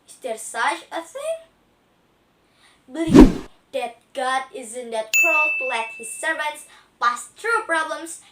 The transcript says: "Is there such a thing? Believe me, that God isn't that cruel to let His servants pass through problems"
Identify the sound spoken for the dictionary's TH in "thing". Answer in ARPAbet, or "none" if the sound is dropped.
S